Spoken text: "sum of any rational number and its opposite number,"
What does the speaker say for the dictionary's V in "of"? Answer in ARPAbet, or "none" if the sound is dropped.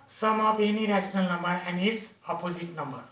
P